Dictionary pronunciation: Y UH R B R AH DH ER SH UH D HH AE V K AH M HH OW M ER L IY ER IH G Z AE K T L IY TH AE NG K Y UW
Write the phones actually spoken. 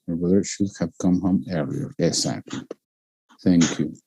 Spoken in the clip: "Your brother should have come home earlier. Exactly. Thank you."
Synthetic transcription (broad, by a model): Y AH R B R AH DH ER SH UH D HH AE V K AH M HH OW M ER IY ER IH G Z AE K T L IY TH AE NG K Y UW